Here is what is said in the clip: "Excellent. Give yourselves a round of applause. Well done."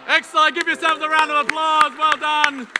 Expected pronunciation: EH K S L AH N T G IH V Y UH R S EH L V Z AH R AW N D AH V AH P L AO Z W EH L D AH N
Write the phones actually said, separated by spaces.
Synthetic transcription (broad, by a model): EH K S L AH G IH V Y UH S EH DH AH R AW N D AH V AH P L AO Z W EH L D AH N